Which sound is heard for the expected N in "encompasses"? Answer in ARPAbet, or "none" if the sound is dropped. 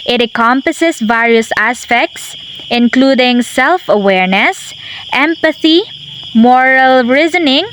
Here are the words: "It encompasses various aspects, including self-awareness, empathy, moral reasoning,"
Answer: none